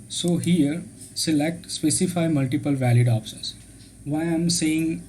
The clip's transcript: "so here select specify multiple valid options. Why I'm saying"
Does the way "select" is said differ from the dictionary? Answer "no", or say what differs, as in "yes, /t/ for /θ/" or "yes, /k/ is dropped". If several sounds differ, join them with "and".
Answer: no